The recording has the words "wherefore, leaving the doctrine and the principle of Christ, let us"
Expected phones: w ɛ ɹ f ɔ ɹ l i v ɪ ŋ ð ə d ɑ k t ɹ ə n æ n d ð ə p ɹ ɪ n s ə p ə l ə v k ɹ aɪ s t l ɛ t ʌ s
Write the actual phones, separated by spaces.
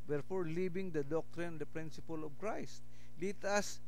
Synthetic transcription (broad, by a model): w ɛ ɹ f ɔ ɹ l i b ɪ ŋ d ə d ɑ k t ɹ ə n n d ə p ɹ ɪ n s ə p ə l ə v k ɹ aɪ s t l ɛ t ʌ s